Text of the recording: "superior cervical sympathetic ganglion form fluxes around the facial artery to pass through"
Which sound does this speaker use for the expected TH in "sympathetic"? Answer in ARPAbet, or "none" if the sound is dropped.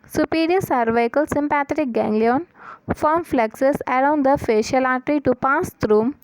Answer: T